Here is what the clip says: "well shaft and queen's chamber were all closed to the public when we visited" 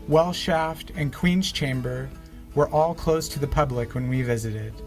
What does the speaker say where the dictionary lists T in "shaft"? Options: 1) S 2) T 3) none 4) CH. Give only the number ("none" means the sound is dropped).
2